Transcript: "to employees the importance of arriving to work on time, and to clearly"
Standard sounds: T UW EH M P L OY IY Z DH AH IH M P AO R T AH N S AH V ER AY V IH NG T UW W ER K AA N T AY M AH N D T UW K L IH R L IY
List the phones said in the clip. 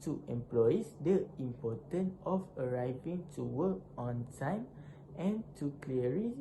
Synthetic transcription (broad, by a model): T UW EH M P L OY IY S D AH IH M P AO T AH N AH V ER AY V IH NG T UW W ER K AA N T AY M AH N T UW K L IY R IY